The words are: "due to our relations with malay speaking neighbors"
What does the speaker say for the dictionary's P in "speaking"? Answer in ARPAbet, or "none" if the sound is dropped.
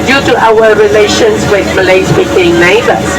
B